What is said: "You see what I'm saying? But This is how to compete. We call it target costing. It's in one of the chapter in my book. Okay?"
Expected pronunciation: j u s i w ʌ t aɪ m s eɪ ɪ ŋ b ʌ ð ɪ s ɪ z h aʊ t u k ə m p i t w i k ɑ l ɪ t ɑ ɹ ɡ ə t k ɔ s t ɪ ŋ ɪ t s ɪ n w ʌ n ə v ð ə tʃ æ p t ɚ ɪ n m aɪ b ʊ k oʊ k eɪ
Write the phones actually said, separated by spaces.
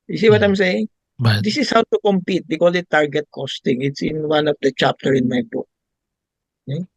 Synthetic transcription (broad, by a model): j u s i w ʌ t aɪ m s eɪ ɪ ŋ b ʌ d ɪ s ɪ s h aʊ t u k ə m p i t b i k ɑ l ɪ t ɑ ɹ ɡ ə t k ɔ s t ɪ ŋ ɪ t s ɪ n w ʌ n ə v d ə tʃ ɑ p t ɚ ɪ n m aɪ b ʊ k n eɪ